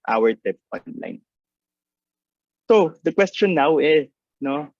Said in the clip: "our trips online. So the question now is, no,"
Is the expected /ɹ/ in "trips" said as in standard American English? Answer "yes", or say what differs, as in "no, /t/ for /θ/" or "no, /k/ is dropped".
no, /ɹ/ is dropped